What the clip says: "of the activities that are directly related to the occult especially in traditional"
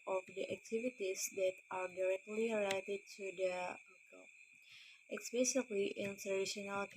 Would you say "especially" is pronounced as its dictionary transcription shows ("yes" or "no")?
no